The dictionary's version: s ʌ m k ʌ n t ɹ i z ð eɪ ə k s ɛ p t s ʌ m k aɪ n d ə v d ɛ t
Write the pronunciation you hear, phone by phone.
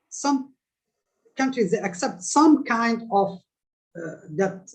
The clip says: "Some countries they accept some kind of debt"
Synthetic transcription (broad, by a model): s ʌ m k ʌ n t ɹ i z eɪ ə k s ɛ p t s ʌ m k aɪ n d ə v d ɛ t